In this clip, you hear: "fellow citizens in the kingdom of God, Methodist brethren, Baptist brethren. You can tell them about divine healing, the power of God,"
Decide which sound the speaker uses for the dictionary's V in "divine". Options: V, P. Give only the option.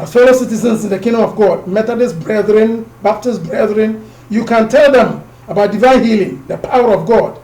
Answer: V